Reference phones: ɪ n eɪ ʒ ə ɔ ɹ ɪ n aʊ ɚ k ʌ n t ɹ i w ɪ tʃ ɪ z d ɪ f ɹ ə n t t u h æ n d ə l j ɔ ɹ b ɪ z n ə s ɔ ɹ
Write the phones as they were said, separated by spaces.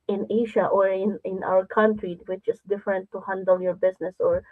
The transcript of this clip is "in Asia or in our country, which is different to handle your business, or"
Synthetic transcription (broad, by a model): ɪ n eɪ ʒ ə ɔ ɹ ɪ n aʊ ɚ k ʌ n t ɹ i w ɪ tʃ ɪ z d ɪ f ɹ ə n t t u h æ n d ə l j ɔ ɹ b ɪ s n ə s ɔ ɹ